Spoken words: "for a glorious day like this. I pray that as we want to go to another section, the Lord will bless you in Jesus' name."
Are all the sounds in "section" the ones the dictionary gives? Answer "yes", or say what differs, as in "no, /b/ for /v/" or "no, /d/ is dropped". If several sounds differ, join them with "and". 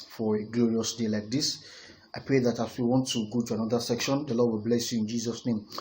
yes